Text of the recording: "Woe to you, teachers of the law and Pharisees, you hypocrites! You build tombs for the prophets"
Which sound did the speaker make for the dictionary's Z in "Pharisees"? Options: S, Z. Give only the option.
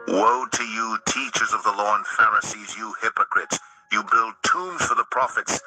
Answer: Z